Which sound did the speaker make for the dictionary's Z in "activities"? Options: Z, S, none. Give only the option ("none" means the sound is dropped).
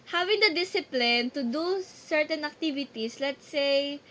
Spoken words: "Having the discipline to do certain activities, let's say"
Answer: S